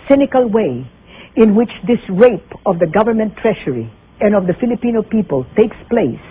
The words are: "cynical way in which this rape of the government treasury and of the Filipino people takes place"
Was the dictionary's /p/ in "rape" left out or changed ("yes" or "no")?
no